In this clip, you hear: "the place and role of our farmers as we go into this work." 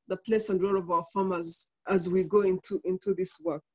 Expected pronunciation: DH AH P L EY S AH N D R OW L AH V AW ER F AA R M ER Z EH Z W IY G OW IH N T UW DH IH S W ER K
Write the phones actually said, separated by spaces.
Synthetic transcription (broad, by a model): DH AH P L EY S AH N D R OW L AH V AW ER F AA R M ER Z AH Z W IY G OW IH N T UW DH IH S W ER K